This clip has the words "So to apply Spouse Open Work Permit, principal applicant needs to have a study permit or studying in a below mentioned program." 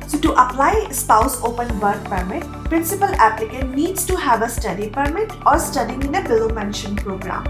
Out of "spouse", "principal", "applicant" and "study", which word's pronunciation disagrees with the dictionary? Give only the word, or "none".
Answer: applicant